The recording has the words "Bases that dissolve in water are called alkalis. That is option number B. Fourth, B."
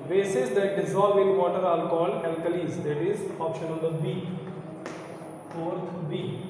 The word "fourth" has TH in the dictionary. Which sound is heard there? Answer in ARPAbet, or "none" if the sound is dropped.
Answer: T